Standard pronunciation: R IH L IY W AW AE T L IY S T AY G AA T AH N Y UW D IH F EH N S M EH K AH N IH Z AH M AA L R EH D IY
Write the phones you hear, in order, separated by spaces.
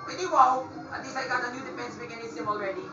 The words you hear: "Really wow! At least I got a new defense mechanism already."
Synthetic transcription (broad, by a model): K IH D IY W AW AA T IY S AY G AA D AH N Y UW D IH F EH N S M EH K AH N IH S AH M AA L R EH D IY